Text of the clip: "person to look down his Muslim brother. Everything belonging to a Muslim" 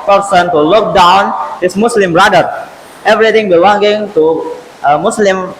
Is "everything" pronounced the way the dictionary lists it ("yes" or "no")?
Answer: no